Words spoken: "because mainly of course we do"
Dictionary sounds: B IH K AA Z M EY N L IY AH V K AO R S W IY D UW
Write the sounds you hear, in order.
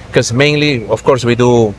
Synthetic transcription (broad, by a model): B K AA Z M EY N L IY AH F K AO R S W IY D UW